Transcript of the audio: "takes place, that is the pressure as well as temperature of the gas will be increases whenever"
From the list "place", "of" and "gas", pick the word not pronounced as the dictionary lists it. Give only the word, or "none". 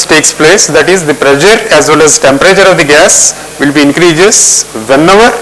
none